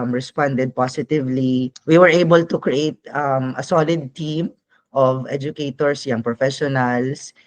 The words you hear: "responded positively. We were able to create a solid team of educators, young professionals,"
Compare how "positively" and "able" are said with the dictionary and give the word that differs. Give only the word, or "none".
positively